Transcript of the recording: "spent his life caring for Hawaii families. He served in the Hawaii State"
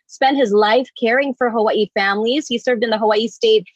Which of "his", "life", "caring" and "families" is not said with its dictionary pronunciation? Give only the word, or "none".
none